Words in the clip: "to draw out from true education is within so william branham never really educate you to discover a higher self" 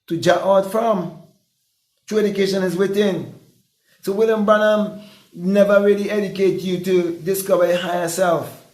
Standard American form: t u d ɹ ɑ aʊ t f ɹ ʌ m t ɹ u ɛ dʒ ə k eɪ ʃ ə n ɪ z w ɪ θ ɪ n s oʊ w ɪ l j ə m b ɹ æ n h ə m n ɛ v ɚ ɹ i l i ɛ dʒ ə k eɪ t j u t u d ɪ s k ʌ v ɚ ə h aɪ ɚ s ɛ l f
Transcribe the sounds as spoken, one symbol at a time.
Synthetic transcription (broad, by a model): t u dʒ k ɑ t f ɹ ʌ m t ɹ u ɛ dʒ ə k eɪ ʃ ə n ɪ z w ɪ θ ɪ n s oʊ w ɪ l j ə m b ʌ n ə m n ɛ v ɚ ɹ i l i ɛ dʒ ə k eɪ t j u t u d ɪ s k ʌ v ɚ ə h aɪ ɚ s ɛ l f